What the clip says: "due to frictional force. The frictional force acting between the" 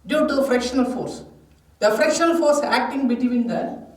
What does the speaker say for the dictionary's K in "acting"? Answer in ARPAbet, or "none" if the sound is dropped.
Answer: K